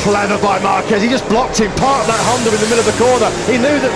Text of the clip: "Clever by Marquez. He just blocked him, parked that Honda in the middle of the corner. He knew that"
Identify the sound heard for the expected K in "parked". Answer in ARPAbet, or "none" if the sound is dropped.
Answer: none